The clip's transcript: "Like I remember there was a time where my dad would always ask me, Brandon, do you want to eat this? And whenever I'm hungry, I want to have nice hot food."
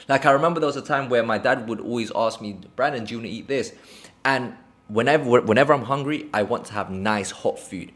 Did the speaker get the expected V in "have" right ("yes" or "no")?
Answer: yes